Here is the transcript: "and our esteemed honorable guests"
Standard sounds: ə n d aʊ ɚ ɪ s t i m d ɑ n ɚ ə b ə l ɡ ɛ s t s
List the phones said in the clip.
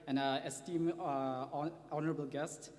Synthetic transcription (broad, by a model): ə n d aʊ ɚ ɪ s t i m ɑ n ɚ ə b ə l ɡ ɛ s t